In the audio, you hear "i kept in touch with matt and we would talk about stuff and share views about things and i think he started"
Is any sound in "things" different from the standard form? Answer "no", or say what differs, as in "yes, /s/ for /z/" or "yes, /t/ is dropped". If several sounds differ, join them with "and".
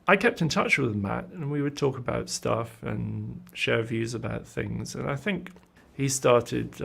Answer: no